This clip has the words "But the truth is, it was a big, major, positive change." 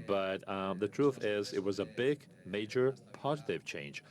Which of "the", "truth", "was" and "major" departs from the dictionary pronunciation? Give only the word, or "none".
none